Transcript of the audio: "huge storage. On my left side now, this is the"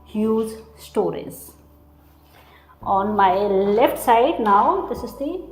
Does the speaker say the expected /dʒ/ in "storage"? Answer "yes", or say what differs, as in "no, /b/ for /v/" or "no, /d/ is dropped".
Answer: no, /z/ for /dʒ/